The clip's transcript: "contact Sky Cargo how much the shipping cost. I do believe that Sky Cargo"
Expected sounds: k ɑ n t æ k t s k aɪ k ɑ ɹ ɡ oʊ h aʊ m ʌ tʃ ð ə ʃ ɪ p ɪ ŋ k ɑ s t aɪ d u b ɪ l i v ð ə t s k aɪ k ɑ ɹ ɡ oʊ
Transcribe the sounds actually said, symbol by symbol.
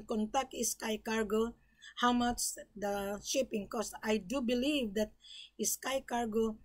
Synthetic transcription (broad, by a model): k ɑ n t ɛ k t s k aɪ k ɑ ɹ ɡ oʊ h aʊ m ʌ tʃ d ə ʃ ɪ p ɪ ŋ k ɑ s aɪ d u b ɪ l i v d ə t s k aɪ k ɑ ɹ ɡ oʊ